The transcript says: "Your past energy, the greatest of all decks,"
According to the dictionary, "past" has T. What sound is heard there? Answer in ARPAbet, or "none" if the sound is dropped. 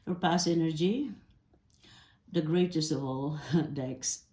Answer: none